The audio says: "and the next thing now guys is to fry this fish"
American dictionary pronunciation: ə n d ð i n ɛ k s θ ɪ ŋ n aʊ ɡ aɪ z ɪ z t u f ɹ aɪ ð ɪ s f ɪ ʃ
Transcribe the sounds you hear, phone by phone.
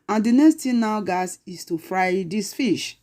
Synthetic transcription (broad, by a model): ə n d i n ɛ k s t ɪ n aʊ ɡ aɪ s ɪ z t u f ɹ aɪ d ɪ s f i ʃ